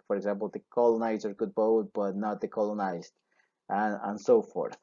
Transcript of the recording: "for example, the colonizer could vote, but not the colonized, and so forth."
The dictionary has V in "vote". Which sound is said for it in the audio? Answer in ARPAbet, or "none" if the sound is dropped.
B